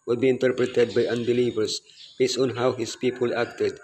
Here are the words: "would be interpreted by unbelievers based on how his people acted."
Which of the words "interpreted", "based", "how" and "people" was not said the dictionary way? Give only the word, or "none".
based